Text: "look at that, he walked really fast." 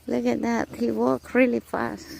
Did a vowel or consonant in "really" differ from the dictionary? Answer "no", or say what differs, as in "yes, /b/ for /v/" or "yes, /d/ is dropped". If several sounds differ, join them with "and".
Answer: no